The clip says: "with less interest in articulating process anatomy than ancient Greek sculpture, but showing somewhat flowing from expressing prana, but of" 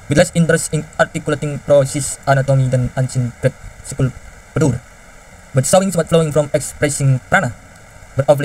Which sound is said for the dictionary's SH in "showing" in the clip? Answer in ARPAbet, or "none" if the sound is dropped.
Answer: S